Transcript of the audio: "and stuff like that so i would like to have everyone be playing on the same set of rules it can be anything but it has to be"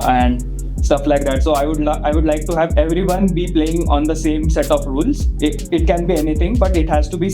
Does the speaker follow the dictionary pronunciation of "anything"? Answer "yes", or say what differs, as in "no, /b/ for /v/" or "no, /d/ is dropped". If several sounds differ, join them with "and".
no, /t/ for /θ/